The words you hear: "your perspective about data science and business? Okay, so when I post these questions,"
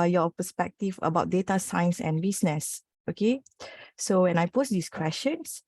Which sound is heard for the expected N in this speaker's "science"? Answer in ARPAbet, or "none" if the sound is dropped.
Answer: N